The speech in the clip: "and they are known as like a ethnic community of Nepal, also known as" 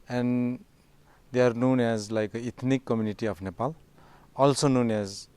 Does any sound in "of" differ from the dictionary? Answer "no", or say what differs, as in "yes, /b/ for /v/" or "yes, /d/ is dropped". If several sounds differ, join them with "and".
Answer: yes, /p/ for /v/